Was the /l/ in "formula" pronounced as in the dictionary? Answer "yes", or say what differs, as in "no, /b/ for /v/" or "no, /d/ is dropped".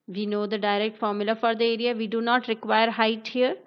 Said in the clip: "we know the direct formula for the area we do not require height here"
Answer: yes